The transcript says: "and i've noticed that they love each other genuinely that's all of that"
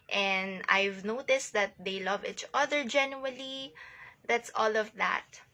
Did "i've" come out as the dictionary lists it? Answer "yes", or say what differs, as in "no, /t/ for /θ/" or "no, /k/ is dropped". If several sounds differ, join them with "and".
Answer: yes